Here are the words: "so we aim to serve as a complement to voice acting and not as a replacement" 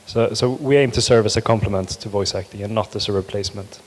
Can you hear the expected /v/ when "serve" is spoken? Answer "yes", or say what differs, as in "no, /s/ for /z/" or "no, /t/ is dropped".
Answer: yes